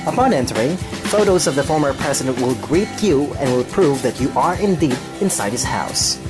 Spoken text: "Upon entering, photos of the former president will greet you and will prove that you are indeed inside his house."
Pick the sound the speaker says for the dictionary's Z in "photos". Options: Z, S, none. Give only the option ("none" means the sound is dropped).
Z